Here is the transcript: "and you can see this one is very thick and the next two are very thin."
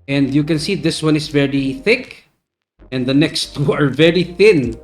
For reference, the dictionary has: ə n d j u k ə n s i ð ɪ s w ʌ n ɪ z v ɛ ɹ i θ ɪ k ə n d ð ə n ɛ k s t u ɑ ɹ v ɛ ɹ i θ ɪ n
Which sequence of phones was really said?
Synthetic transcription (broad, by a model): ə n d j u k ə n s i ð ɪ s w ʌ n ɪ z v ɛ ɹ i θ ɪ k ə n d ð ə n ɛ k s t u ɑ ɹ v ɛ ɹ i θ ɪ n